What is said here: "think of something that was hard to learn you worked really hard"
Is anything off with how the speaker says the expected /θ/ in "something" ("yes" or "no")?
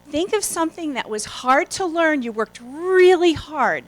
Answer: no